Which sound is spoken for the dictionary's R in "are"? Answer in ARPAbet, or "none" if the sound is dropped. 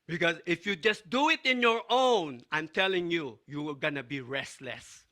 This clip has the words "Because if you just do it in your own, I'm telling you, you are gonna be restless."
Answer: L